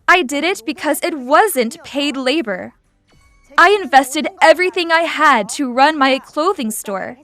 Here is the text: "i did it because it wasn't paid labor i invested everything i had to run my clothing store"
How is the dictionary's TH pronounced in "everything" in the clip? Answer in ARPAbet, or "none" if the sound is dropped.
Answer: TH